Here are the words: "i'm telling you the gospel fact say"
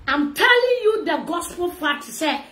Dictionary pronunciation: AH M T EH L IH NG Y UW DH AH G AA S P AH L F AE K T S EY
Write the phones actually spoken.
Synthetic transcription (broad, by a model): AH M T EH L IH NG Y UW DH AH G AA S P AH L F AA T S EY